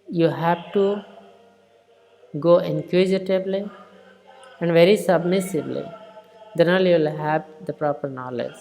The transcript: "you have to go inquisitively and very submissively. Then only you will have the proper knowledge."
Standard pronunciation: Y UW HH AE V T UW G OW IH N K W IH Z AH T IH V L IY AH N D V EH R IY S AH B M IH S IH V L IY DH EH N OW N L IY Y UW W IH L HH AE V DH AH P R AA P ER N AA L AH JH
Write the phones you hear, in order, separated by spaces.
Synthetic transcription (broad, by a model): Y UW HH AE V T UW G OW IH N K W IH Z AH T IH B L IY AH N D V EH R IY S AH B M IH S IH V L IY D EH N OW L Y UW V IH L HH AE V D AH P R AA P ER N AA L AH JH